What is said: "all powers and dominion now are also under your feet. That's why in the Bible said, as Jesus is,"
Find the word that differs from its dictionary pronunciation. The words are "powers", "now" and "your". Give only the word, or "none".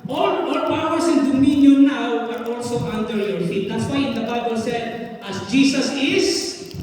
powers